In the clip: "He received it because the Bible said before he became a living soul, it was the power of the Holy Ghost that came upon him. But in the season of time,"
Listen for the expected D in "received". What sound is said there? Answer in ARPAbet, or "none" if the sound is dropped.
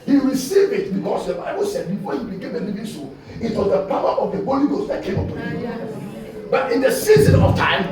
none